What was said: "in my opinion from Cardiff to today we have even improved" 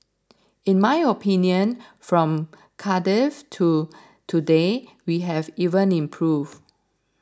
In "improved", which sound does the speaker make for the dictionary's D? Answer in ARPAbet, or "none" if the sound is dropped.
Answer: none